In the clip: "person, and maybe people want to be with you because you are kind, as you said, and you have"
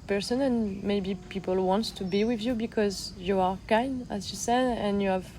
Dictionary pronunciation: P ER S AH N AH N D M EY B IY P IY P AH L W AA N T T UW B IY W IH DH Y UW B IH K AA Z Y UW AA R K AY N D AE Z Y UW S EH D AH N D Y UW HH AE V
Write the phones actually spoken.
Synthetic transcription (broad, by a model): P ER S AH N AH N M EY B IY P IY P AH L W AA N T T UW B IY W IH DH Y UW B IH K AA Z Y UW AA R K AY N D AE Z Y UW S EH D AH N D Y UW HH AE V